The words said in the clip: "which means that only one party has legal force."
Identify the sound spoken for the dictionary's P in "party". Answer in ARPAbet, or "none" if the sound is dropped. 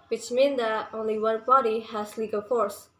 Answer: B